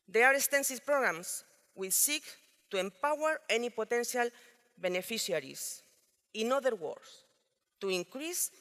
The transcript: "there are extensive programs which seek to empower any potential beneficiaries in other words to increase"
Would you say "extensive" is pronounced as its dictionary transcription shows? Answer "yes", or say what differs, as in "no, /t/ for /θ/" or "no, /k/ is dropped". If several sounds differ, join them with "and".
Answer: no, /k/ is dropped